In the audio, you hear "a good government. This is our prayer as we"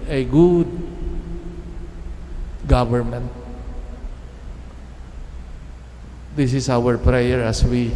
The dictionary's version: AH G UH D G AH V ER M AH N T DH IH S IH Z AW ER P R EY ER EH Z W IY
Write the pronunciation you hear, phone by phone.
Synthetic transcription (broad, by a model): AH G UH D G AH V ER M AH N T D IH S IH S AW ER P R EY ER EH S W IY